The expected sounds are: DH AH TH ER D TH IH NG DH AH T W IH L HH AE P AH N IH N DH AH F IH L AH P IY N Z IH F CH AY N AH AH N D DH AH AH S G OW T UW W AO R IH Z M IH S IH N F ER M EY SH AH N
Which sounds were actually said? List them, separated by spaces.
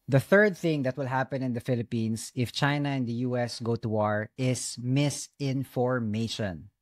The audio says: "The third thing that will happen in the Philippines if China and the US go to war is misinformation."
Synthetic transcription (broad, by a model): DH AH TH ER D TH IH NG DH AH T W IH L HH AE P AH N IH N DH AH F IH L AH P IY N S IH F CH AY N AH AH N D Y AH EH S G OW T UW W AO R IH S M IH S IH N F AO M EY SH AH N